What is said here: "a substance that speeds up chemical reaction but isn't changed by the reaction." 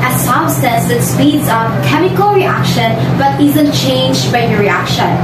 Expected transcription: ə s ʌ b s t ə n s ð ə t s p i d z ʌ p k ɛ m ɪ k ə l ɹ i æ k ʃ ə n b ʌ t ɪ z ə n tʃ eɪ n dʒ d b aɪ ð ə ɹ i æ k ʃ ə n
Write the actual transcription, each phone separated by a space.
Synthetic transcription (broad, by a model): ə s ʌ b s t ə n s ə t s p i d z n k ɛ m ɪ k ə l ɹ i æ k ʃ ə n b ʌ t ɪ z ə n tʃ eɪ n dʒ d b aɪ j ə ɹ i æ k ʃ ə n